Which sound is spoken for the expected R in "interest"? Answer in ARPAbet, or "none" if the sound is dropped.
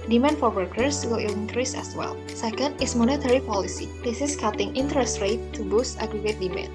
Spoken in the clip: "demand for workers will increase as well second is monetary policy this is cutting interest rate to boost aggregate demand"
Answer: R